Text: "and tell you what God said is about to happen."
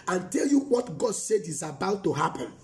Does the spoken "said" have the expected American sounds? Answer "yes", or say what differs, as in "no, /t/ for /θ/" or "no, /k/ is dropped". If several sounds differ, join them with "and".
yes